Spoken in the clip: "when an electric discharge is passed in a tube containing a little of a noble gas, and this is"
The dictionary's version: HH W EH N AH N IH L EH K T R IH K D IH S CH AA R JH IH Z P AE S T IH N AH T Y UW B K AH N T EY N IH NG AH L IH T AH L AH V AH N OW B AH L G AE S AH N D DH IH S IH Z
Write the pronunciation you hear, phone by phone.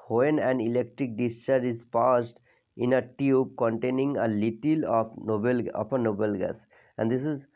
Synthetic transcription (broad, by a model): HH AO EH N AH N IH L EH K T R IH K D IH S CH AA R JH IH Z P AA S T IH N AH T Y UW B K AH N T EY N IH NG AH L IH T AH L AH P AH N OW B AH L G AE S AH N D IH S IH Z